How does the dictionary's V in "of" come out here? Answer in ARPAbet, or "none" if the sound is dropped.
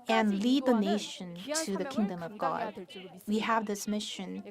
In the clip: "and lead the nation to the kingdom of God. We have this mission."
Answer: V